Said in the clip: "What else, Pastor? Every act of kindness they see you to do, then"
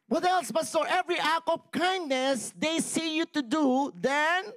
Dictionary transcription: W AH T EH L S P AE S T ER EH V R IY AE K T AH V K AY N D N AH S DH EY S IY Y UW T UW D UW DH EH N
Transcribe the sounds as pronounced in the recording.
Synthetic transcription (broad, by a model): W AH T EH L S B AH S T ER EH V R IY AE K AH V K AY N D N AH S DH EY S IY Y UW T UW D UW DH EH N